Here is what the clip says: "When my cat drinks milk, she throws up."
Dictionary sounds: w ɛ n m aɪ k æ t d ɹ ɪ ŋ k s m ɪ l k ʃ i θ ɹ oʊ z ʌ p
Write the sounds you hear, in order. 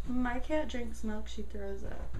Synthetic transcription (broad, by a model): m aɪ k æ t d ɹ ɪ ŋ k s m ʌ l k ʃ i θ ɹ oʊ z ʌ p